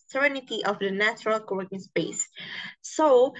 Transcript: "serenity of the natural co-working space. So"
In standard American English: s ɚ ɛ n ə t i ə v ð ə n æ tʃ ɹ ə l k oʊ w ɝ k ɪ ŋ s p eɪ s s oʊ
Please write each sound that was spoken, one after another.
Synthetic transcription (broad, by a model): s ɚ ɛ n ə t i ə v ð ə n æ tʃ ɹ ə l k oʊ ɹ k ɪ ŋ s p eɪ s s oʊ